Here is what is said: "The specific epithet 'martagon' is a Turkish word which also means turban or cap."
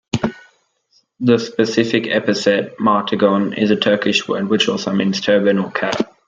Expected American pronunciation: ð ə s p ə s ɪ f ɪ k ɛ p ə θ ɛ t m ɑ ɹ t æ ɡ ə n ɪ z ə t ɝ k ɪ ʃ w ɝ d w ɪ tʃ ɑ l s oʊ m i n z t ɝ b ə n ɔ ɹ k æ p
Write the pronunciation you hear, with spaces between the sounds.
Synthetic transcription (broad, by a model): ð ə s p ə s ɪ f ɪ k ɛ p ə s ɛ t m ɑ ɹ t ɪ ɡ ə n ɪ z ə t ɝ k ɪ ʃ w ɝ d w ɪ tʃ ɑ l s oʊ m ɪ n s t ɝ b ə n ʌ l k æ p